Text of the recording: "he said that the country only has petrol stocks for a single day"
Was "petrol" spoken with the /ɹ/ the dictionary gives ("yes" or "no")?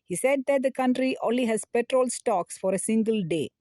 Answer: yes